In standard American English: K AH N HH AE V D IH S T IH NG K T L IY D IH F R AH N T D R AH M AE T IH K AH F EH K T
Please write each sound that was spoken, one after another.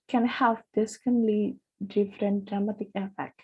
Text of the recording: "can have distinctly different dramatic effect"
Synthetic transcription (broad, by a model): K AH N HH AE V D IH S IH K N L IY D IH F R AH N T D R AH M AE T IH K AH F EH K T